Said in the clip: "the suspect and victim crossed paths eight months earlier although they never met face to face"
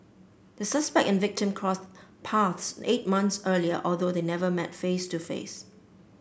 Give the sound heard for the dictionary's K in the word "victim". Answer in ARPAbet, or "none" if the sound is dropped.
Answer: K